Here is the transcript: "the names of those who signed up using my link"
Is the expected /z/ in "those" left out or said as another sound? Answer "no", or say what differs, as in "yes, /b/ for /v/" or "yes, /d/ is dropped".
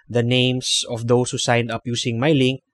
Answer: yes, /s/ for /z/